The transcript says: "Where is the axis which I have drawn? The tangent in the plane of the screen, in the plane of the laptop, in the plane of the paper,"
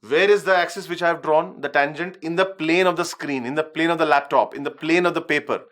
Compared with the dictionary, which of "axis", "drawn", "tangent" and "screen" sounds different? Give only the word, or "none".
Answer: none